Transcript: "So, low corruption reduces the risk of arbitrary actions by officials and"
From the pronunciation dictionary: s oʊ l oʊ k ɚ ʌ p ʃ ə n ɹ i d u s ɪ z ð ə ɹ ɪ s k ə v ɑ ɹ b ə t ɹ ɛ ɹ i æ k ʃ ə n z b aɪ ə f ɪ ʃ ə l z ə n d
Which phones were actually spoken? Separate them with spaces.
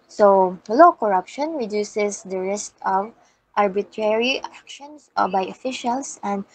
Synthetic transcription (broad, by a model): s oʊ l oʊ k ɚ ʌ p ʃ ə n ɹ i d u s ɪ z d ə ɹ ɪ s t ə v ɑ ɹ b ə t ɹ ɛ ɹ i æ k ʃ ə n s b aɪ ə f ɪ ʃ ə l s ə n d